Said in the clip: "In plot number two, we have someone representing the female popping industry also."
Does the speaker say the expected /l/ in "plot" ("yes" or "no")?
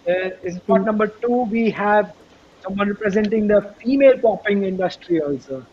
no